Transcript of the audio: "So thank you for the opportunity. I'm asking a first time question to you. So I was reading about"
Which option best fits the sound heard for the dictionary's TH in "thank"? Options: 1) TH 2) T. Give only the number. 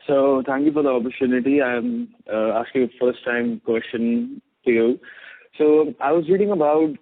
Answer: 2